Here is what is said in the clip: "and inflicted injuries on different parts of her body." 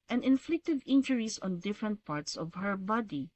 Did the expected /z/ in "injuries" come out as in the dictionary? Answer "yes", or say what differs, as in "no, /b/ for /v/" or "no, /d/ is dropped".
no, /s/ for /z/